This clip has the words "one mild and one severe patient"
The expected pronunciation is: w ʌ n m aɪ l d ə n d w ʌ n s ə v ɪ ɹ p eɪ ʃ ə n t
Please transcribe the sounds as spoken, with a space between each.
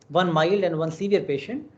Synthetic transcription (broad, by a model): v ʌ n m aɪ l d ə n d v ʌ n s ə v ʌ ɹ p eɪ ʃ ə n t